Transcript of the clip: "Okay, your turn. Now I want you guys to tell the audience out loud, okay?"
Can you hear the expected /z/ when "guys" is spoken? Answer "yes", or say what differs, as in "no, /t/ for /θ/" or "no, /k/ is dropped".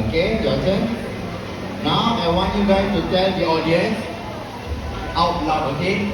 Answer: no, /z/ is dropped